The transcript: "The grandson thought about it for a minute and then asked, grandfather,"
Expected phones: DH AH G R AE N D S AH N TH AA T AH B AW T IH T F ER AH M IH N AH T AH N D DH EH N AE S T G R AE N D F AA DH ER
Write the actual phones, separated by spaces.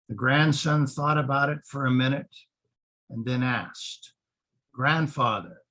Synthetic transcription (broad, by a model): DH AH G R AE N D S AH N TH AA T AH B AW T IH T F ER AH M IH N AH T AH N DH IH N AE S T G R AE N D F AA DH ER